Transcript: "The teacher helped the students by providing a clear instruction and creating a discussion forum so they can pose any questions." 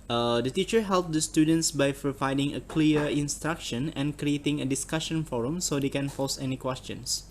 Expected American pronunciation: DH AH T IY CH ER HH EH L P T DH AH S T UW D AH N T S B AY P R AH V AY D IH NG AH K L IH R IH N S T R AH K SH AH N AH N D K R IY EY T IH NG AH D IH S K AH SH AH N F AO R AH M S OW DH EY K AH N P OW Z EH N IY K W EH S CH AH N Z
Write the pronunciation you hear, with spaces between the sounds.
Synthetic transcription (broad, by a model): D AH T IY CH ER HH EH L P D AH S T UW D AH N T S B AY P R AH V AY D IH NG AH K L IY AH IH N S T R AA K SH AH N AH N K R IY EY T IH NG AH D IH S K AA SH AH N F AO R AH M S OW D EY K AH N F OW S EH N IY K W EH S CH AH N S